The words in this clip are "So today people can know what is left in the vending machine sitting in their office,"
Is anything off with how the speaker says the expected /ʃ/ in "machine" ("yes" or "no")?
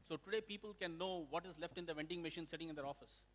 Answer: no